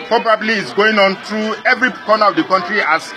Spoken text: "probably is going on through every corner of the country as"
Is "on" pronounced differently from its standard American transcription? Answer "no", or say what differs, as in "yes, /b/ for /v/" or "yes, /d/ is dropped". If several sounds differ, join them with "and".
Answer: no